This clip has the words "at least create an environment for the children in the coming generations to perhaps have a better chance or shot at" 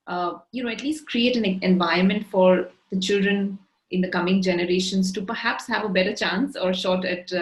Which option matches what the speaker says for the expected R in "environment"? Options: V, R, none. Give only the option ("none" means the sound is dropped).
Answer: none